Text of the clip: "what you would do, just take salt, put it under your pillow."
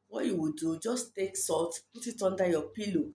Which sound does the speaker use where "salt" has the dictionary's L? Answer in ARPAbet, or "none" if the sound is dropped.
none